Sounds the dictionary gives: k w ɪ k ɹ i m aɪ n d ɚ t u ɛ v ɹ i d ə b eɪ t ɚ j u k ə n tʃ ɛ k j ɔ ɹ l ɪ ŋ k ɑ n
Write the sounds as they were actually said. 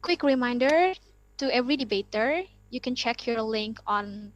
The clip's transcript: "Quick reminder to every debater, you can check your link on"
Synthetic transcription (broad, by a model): k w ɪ k ɹ i m aɪ n d ɚ t u ɛ v ɹ i d ə b eɪ t ɚ j u k ə n tʃ ɛ k j ɔ ɹ l ɪ ŋ k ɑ n